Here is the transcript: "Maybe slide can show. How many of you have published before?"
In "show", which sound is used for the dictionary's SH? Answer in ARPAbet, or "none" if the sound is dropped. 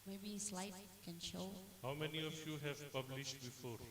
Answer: SH